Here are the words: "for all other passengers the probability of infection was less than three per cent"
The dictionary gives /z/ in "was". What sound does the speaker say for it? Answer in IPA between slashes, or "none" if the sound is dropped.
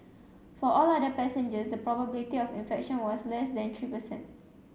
/s/